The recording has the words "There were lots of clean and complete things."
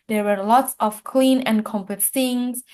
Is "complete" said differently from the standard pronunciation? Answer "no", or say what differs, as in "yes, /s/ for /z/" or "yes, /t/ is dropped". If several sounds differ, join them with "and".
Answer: yes, /l/ is dropped